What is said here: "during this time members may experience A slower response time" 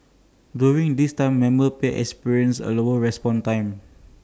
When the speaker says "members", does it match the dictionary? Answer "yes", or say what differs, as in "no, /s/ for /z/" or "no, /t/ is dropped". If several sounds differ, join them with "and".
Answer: no, /b/ is dropped